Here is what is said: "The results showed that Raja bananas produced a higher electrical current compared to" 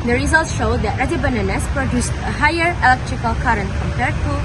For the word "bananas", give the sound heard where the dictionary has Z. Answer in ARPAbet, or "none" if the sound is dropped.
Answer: S